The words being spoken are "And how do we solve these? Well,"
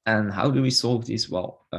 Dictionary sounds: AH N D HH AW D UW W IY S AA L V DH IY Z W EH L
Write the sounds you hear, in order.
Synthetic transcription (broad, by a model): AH N HH AW D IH W IY S AA L V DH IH S W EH L